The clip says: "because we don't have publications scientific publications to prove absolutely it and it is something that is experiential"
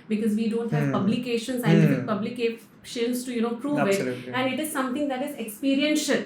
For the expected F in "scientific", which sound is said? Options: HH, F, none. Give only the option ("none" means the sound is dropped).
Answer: none